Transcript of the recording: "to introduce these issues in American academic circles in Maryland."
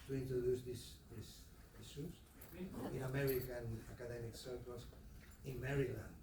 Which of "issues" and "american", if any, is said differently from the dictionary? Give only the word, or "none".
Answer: issues